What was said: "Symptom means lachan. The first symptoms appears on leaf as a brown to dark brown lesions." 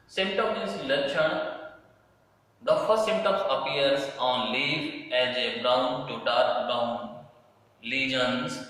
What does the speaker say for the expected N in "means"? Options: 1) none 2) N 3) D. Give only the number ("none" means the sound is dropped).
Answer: 1